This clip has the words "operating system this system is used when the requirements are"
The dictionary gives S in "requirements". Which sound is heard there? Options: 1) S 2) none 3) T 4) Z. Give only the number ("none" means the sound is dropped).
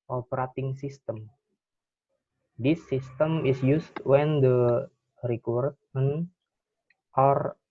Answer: 2